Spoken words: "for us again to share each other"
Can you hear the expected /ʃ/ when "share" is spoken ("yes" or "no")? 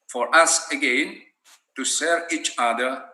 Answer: no